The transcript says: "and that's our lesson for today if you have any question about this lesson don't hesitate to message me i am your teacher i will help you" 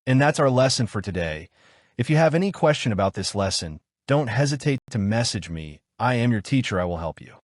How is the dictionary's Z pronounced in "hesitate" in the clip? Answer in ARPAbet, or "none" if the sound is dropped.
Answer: Z